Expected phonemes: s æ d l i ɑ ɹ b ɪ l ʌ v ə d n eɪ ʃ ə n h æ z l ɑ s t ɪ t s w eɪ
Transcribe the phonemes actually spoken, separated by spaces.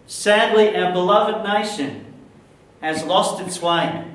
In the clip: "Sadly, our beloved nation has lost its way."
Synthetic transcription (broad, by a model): s æ d l i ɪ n b ɪ l ʌ v ə d n eɪ ʃ ə n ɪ z l ɑ s t ɪ t s w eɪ